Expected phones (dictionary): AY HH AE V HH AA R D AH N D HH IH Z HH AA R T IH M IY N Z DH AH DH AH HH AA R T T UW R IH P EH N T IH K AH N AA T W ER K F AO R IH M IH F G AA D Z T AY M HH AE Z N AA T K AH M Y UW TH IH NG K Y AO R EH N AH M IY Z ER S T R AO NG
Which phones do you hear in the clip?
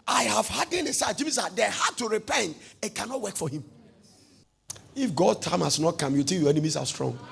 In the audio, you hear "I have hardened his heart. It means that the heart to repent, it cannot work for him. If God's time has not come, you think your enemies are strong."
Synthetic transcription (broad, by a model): AY HH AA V HH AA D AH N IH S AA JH IH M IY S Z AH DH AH HH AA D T T UW R IH P EH N T IH K AH N AA T W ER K F AO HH IH M IH F G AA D T AY M HH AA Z N AA T K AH M Y UW T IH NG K Y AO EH N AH M IY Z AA S T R AO NG